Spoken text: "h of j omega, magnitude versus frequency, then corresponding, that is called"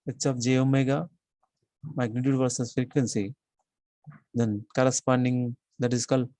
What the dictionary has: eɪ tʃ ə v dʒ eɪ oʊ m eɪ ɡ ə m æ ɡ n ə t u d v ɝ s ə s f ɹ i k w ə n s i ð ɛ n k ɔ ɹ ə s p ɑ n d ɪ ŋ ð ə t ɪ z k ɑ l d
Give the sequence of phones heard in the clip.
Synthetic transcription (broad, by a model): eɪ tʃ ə p dʒ eɪ oʊ m eɪ ɡ ə m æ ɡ n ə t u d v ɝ s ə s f ɹ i k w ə n s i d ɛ n k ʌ ɹ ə s p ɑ n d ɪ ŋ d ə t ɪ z k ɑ l